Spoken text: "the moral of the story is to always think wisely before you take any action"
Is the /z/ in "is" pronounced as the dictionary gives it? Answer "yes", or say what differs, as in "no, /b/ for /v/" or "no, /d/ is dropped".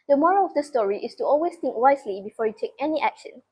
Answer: no, /s/ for /z/